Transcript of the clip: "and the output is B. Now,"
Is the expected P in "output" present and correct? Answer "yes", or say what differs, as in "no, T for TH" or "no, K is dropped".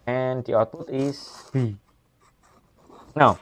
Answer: no, P is dropped